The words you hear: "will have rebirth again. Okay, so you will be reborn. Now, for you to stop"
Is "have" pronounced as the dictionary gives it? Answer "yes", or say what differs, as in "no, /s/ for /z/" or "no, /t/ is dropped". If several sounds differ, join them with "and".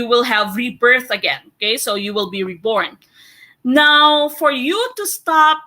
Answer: yes